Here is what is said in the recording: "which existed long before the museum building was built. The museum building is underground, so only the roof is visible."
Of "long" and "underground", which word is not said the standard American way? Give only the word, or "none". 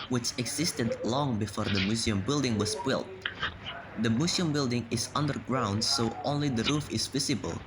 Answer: none